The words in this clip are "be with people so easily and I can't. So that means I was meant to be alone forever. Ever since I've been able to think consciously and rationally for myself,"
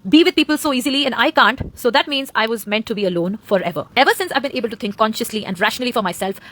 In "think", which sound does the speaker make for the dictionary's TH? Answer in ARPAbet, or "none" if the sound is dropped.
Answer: T